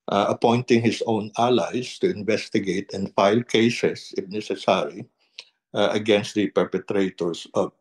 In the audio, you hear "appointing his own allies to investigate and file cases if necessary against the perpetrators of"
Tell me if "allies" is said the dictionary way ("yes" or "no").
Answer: no